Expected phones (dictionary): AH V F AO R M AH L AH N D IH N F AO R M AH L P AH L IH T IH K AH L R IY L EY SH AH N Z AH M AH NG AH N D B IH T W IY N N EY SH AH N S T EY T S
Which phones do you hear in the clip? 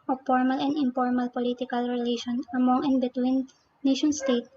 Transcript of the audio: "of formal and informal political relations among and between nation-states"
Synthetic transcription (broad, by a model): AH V F AO R M AH L AH N D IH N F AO R M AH L P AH L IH T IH K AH L R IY L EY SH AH N AH M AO NG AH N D B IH T W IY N N EY SH AH N S T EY T